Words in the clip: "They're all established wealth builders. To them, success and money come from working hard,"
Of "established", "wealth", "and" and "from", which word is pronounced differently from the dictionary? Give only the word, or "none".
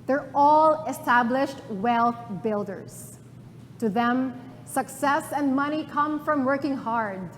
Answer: none